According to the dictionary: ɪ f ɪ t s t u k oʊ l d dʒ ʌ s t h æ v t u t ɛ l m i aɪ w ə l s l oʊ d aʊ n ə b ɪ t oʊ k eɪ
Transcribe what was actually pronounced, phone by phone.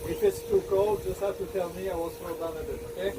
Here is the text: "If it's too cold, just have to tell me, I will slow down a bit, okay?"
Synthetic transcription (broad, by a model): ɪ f ɪ t s t u k oʊ l d dʒ ʌ s t h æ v t u t ɛ l m i aɪ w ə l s oʊ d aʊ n ə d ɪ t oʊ k eɪ